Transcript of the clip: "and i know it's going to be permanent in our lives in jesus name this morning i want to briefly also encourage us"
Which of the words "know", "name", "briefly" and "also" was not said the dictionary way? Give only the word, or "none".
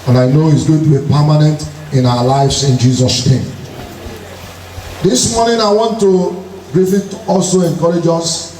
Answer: briefly